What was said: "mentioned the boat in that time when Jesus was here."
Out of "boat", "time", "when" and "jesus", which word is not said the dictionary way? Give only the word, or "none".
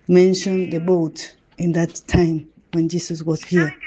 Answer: jesus